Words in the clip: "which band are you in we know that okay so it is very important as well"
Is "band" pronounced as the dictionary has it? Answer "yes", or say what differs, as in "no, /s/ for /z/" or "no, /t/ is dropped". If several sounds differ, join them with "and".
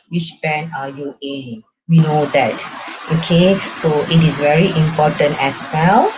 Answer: no, /d/ is dropped